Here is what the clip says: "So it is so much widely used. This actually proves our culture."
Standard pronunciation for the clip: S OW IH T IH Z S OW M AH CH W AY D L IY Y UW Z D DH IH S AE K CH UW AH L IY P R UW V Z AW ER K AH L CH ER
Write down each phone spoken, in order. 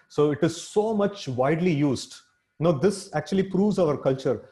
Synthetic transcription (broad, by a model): S OW IH T IH Z S OW M AH CH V AY D L IY Y UW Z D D IH S AE K CH UW AH L IY P R UW V Z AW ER K AH L CH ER